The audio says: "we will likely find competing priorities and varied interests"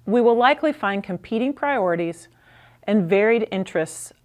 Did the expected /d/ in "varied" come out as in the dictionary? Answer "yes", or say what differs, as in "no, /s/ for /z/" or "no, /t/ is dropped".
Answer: yes